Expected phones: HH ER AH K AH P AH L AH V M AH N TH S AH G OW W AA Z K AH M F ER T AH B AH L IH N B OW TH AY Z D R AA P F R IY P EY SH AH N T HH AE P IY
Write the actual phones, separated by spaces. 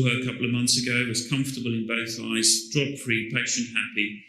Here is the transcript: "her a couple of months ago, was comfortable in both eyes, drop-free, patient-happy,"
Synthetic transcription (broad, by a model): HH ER AH K AH P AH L AH V M AH N TH S AH G OW W AA Z K AH M F T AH B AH L IH N B OW TH AY Z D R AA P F R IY P EY SH AH N T HH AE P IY